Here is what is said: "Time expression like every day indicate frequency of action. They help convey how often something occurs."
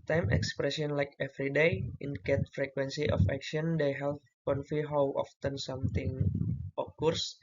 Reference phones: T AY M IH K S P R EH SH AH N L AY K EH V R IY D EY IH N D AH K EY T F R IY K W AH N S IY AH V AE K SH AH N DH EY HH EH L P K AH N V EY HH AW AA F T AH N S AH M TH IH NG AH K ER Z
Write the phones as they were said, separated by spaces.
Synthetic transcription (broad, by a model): T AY M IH K S P R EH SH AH N L AY K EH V R IY D EY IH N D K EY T F R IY K W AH N S IY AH F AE K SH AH N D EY HH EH L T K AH N F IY HH AW AA F T AH N S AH M T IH NG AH K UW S